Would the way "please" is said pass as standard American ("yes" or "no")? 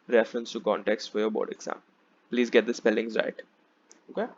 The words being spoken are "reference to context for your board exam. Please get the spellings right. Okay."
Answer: yes